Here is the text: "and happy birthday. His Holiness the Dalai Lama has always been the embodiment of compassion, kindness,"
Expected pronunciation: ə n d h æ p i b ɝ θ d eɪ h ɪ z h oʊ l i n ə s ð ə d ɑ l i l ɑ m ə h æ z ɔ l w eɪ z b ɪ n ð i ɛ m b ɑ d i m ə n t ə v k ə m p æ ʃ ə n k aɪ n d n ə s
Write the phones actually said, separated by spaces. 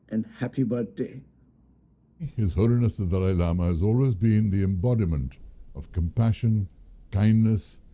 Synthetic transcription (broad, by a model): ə n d h æ p i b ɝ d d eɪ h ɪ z h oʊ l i n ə s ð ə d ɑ ɪ l ɑ m ə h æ z ɔ l w eɪ z b ɪ n ð i ɛ m b ɑ d i m ə n t ə v k ə m p æ ʃ ə n k aɪ n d n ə s